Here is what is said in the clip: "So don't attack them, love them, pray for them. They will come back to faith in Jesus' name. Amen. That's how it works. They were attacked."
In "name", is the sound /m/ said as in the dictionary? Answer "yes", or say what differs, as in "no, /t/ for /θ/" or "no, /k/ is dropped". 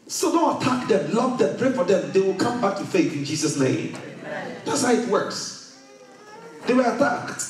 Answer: no, /m/ is dropped